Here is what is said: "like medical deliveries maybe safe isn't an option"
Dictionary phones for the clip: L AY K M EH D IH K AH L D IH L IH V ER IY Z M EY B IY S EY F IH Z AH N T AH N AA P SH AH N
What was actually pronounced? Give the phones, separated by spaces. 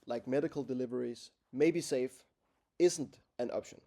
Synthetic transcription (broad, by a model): L AY K M EH D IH K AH L D IH L IH V ER IY Z M EY B IY S EY F IH Z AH N T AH N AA P SH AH N